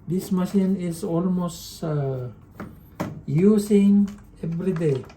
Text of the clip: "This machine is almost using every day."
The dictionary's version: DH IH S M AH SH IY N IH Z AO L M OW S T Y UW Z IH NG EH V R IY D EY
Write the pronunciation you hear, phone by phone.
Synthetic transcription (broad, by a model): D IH S M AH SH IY N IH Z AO L M OW S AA Y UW S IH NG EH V R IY D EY